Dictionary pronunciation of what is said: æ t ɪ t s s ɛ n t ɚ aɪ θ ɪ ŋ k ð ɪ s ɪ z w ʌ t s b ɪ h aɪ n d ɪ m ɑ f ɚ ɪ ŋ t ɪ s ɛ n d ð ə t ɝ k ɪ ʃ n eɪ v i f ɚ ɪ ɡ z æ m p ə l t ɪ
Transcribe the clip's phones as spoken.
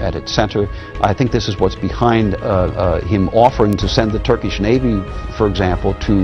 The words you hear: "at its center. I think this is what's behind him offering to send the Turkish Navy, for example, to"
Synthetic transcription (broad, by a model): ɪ t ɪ t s s ɛ n t ɚ aɪ θ ɪ ŋ k ð ɪ s ɪ z w ʌ t s b ɪ h aɪ n d ɪ m ɑ f ɚ ɪ ŋ t ɪ s ɛ n ð ə t ɝ k ɪ ʃ n eɪ v i f ɚ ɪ ɡ z æ m p l t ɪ